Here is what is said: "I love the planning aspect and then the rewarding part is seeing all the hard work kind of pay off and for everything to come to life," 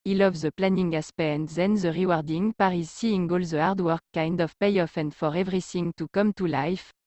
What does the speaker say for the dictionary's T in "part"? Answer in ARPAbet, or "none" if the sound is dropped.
none